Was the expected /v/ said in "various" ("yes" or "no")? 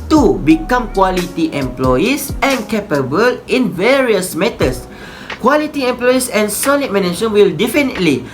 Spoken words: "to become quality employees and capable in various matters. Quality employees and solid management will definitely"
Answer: yes